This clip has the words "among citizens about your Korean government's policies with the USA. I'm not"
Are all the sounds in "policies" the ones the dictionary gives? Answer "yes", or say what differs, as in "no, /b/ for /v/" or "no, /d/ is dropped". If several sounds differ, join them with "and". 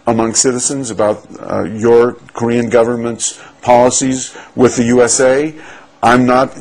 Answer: yes